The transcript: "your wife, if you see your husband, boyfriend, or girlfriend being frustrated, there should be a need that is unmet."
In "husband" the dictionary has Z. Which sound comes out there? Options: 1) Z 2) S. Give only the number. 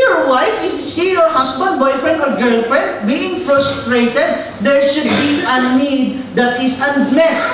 2